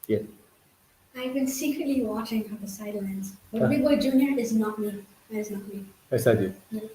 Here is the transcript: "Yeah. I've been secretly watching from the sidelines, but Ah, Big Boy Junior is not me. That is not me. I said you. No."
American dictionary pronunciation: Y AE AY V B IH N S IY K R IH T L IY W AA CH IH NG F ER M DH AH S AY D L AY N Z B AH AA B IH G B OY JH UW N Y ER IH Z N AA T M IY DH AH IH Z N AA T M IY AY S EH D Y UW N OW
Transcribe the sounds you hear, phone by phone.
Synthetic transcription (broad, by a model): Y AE AY V B IH N S IY K R IH T L IY W AA CH IH NG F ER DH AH S AY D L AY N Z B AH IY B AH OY JH UW N Y ER IH Z N AA T M IY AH IH Z N AA T M IY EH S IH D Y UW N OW